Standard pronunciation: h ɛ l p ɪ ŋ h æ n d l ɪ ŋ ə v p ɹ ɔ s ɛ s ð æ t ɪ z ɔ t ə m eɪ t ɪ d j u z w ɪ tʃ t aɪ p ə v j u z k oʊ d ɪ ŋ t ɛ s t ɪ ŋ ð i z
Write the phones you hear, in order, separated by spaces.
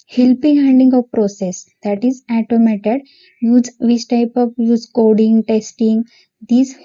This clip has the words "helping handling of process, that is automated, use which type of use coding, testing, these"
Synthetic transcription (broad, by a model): h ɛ l p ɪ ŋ h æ n d ɪ ŋ ə v p ɹ ɔ s ɛ s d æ t ɪ z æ t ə m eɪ t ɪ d j u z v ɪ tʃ t aɪ p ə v j u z k oʊ d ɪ ŋ t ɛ s t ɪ ŋ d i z